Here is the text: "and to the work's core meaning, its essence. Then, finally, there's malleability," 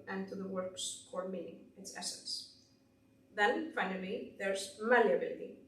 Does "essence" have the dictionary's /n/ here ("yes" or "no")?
yes